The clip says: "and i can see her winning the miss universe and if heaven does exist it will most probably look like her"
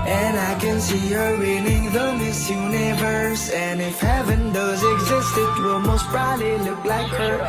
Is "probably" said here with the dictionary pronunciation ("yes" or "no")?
no